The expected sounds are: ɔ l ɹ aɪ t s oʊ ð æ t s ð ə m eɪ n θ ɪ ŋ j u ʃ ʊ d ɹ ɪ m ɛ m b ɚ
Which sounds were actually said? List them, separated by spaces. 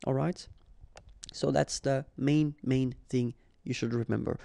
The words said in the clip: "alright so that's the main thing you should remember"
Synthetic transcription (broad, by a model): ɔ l ɹ aɪ t s oʊ ð æ t s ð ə m eɪ n θ ɪ ŋ j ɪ ʃ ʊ d ɹ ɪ m ɛ m b ɚ